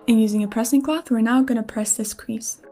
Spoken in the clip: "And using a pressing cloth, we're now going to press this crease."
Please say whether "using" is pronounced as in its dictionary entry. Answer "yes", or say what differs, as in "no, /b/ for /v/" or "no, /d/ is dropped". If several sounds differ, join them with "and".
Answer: yes